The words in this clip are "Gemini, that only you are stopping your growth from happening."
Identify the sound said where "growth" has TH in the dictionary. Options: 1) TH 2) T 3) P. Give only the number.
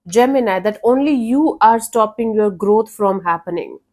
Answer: 2